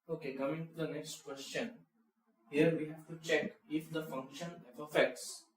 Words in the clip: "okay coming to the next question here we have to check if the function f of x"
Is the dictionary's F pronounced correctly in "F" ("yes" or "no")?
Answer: no